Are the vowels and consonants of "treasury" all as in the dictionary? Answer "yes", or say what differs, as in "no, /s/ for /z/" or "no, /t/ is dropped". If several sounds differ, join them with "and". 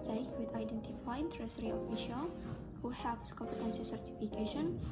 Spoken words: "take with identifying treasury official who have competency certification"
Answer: no, /s/ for /ʒ/